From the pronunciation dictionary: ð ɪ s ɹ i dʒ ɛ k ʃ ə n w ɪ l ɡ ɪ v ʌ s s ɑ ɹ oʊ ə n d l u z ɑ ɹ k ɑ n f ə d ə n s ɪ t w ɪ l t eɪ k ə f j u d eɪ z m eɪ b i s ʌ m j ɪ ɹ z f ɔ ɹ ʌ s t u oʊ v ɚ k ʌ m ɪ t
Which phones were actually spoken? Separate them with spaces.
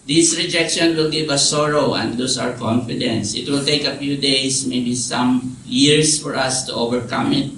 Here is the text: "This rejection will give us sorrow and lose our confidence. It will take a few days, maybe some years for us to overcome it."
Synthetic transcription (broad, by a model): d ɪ s ɹ i dʒ ɛ k ʃ ə n w ɪ l ɡ ɪ v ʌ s s ɑ ɹ oʊ ə n d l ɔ s ɑ ɹ k ɑ n f ə d ə n s ɪ t w ɪ l t eɪ k ə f j u d eɪ s m eɪ b i s ʌ m j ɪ ɹ s f ɔ ɹ ʌ s t u oʊ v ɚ k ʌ m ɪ t